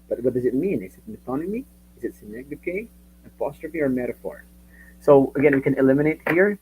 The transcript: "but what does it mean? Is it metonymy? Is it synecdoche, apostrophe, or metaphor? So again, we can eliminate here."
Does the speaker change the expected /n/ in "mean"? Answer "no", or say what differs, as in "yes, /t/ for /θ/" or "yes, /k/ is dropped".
no